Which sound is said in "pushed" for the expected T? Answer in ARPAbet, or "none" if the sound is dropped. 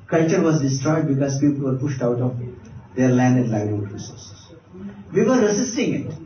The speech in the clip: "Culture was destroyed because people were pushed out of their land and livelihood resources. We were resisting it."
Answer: T